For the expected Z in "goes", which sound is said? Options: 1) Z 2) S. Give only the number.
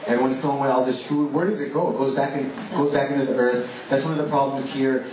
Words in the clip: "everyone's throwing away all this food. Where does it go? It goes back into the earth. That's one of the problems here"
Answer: 1